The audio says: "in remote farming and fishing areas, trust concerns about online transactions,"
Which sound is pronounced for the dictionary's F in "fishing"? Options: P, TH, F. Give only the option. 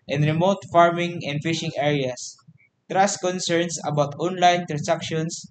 F